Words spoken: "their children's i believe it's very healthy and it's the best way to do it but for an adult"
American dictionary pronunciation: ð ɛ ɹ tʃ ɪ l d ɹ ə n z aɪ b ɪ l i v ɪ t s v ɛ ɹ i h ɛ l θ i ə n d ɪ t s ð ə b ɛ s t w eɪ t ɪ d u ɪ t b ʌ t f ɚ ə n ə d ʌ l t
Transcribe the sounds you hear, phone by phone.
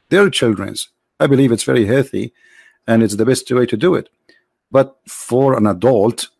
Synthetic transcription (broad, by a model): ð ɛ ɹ tʃ ɪ l d ɹ ə n z aɪ b ɪ l i v ɪ t s v ɛ ɹ i h ɛ l θ i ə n ɪ t s ð ə b ɛ s t w eɪ t ɪ d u ɪ t b ʌ t f ɚ ə n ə d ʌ l t